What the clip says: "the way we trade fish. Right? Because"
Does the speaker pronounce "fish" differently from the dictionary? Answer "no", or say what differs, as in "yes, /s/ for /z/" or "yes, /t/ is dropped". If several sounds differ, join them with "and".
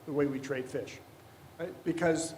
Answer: no